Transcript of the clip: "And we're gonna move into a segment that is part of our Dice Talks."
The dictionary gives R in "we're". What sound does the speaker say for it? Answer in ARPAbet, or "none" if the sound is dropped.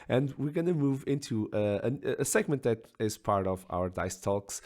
R